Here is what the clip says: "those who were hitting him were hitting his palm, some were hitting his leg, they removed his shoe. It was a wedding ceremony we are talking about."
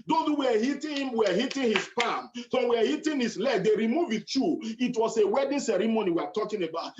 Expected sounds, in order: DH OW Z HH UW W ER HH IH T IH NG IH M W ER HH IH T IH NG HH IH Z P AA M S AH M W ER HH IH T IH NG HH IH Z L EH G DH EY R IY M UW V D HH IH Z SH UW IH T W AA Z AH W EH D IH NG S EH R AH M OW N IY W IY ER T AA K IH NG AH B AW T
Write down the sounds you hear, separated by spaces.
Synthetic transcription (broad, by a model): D OW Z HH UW W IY HH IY T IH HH IH M W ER HH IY T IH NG HH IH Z P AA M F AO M W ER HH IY T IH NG HH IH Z L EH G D EY R IY M UW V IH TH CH UW IH T W AA S AH W EH D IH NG S EH R AH M OW N IY W IY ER T AA K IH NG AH B AW T